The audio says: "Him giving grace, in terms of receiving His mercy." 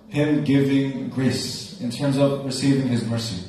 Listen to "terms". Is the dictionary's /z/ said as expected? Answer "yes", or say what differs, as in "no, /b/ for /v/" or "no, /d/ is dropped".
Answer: yes